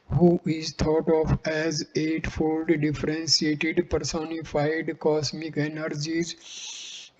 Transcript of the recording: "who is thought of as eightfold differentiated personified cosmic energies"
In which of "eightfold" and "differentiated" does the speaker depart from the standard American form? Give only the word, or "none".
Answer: differentiated